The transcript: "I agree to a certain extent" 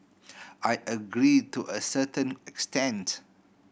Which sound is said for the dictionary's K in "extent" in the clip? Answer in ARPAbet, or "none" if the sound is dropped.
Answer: K